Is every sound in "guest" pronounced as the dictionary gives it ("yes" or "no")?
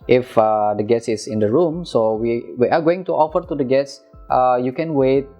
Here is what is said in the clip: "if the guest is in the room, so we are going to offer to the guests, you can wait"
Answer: no